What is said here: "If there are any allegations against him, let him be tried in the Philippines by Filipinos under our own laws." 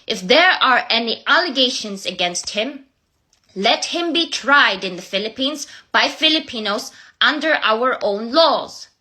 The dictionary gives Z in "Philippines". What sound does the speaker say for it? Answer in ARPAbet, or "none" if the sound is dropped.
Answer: Z